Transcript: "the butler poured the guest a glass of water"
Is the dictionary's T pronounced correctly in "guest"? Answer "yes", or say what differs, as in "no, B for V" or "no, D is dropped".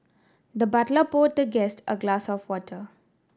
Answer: yes